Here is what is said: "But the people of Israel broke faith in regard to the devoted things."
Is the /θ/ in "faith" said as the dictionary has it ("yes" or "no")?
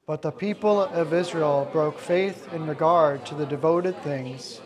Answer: yes